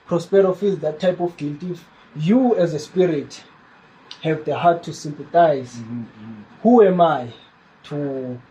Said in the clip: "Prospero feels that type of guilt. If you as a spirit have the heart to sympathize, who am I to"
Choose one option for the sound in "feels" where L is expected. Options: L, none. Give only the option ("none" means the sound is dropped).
none